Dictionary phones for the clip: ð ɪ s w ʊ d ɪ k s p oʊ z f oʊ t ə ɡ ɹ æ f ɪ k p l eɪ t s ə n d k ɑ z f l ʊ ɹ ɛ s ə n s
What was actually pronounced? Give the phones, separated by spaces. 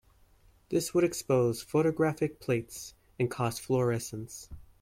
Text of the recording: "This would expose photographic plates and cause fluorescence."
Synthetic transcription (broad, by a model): ð ɪ s w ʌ d ɪ k s p oʊ z f oʊ t ə ɡ ɹ æ f ɪ k p l eɪ t s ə n k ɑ s f l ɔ ɹ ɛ s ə n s